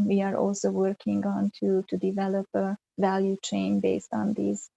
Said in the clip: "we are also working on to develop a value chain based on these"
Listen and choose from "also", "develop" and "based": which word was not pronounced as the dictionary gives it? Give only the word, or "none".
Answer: none